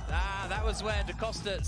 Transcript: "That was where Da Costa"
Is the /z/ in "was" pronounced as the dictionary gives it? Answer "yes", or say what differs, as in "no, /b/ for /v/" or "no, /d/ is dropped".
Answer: yes